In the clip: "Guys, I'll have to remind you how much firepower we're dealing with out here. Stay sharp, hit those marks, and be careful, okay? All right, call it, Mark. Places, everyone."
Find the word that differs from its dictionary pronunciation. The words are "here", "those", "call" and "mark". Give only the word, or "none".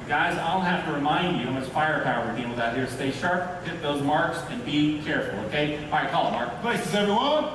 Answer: none